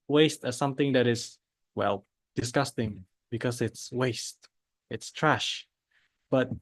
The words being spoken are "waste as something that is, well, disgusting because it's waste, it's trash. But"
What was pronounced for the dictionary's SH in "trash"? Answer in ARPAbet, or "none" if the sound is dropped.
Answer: SH